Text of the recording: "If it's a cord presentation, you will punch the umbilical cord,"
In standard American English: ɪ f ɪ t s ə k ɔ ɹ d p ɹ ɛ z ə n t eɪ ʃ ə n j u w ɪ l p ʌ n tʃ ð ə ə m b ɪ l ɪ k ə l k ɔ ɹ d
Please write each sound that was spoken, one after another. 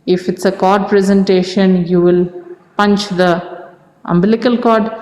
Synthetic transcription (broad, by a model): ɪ f ɪ t s ə k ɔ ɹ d p ɹ ɛ z ə n t eɪ ʃ ə n j u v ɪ l p ʌ n tʃ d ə ə m b ɪ l ɪ k ə l k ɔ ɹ d